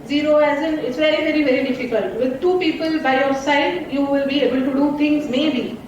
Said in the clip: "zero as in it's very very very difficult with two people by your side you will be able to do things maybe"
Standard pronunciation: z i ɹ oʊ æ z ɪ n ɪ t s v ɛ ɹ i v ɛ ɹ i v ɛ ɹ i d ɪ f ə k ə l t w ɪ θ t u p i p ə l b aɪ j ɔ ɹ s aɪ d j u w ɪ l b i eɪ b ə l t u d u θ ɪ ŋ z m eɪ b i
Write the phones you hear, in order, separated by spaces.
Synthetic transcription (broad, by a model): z i ɹ oʊ æ z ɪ n ɪ t s v ɛ ɹ i v ɛ ɹ i v ɛ ɹ i d ɪ f ə k ə l t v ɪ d t u p i p ə l b aɪ j ɔ ɹ s aɪ d j u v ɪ l b i eɪ b ə l t u d u t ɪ ŋ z m eɪ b i